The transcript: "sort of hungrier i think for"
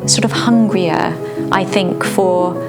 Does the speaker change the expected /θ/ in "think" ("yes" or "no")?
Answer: no